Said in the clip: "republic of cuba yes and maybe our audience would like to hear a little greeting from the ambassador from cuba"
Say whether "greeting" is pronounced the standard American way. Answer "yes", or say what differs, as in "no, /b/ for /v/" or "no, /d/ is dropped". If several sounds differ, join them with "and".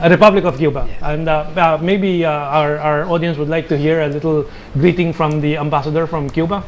yes